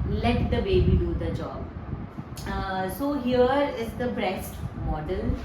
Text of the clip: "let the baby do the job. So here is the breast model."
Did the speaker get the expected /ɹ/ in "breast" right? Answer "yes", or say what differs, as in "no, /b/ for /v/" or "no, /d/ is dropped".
yes